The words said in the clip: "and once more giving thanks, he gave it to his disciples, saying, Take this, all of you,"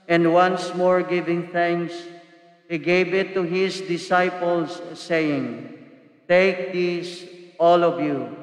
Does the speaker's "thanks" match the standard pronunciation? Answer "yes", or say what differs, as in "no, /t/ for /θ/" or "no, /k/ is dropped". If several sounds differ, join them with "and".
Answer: yes